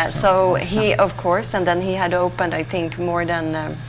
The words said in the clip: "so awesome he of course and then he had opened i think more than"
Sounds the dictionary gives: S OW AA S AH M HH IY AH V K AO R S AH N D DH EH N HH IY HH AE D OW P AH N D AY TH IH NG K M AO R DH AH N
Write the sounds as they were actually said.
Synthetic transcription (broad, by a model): S OW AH HH IY AH V K AO R S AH N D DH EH N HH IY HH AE D OW P AH N D AY TH IH NG K M AO R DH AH N